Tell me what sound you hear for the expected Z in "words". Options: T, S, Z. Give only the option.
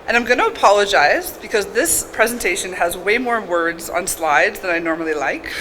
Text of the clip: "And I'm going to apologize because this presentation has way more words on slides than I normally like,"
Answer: Z